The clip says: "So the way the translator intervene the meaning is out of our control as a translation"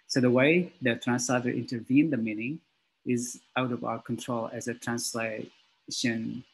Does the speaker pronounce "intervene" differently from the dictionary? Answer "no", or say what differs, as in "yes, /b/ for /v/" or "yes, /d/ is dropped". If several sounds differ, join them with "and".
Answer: no